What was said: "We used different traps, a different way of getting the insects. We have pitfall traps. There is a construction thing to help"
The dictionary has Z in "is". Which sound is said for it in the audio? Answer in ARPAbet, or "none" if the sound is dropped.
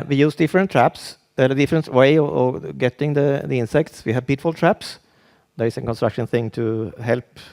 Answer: S